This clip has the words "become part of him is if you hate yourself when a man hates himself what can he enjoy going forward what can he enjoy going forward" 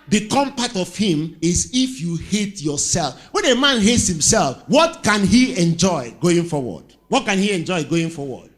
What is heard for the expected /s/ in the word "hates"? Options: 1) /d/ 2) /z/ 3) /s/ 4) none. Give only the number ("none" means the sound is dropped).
3